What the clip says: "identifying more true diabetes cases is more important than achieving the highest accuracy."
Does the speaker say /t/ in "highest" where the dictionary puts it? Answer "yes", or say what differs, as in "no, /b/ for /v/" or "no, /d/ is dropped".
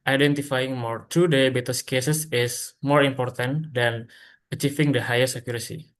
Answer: no, /t/ is dropped